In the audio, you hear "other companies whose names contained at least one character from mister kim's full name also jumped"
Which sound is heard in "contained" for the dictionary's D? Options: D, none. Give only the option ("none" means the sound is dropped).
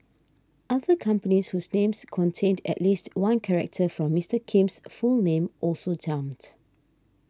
D